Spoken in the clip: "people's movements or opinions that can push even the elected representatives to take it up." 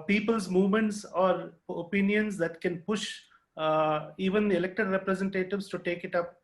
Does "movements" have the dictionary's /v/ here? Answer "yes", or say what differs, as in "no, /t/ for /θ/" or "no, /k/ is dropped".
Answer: yes